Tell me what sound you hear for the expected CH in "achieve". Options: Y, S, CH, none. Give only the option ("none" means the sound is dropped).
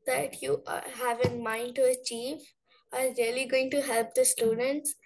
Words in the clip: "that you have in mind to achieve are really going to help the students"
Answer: CH